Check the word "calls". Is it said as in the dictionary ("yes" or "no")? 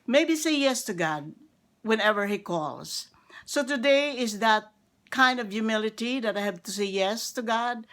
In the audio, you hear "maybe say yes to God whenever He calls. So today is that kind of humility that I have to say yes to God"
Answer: yes